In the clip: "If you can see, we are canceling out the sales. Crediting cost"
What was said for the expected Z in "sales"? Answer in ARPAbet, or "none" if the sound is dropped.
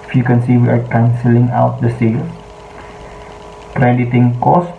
none